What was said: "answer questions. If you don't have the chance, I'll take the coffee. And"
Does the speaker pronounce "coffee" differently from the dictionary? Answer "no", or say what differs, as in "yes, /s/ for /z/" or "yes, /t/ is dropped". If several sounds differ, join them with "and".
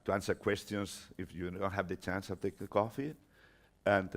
no